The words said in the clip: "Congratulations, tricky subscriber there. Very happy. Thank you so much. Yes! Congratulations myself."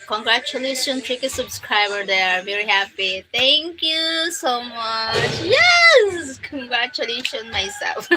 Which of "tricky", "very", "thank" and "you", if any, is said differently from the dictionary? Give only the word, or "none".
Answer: thank